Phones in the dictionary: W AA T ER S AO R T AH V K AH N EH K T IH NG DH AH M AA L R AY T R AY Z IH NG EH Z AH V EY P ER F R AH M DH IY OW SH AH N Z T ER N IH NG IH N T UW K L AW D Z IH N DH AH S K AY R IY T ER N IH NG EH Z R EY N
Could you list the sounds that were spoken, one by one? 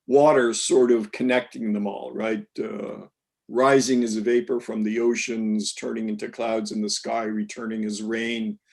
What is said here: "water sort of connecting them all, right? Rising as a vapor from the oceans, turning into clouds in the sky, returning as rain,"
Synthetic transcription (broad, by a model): W AA T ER S AO R T AH V K AH N EH K T IH NG DH AH M AA L R AY T R AY Z IH NG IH Z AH V EY P ER F R AH M DH IY OW SH AH N Z T ER N IH NG IH N T UW K L AW D Z IH N DH AH S K AY R IY T ER N IH NG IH Z R EY N